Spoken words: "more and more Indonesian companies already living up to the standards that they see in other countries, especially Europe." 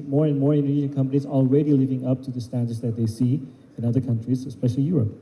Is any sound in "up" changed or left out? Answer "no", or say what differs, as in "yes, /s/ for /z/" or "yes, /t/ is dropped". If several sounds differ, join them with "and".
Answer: no